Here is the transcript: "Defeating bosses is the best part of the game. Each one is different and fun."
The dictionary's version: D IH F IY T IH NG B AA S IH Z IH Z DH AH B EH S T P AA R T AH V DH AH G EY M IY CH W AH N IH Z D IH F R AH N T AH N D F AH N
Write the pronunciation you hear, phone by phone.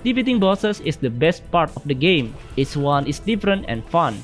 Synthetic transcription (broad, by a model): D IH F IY T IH NG B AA S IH S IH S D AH B EH S T P AA R T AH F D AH G EY M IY S W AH N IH S D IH F R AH N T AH N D F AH N